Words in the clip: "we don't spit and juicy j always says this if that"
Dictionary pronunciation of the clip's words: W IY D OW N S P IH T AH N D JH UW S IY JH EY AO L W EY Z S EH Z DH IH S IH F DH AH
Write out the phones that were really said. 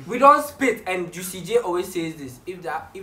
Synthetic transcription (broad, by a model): W IY D OW N S P IH T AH N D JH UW S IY JH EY AO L W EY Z S EH Z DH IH S IH F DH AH